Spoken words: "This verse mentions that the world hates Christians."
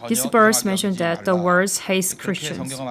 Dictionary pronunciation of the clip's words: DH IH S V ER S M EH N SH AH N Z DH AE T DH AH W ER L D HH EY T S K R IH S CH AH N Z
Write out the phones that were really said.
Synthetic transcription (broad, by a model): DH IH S B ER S M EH N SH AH N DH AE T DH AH W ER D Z HH EY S K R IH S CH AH N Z